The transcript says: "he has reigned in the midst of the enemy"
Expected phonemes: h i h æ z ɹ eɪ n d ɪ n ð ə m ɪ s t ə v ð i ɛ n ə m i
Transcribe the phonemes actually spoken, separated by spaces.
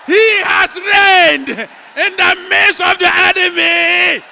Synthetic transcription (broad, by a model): h i h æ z ɹ eɪ n d ɪ n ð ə m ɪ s ə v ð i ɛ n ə m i